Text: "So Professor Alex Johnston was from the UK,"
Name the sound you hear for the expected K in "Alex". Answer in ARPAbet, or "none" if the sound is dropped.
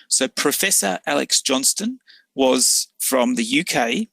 K